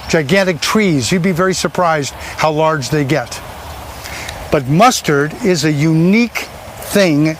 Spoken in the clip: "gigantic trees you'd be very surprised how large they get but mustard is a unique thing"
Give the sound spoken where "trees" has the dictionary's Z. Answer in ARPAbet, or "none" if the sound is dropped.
Z